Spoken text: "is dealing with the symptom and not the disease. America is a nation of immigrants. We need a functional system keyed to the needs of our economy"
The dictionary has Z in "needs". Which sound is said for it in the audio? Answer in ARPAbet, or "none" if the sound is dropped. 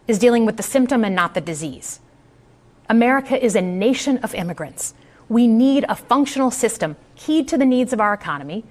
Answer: Z